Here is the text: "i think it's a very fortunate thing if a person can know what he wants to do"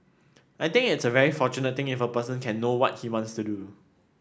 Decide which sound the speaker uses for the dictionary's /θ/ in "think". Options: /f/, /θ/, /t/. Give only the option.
/t/